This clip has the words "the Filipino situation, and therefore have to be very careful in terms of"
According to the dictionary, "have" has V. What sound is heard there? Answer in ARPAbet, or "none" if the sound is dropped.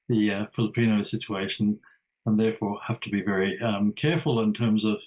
F